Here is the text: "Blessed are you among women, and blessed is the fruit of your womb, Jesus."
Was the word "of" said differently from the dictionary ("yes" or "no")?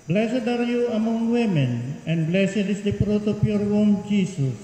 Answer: yes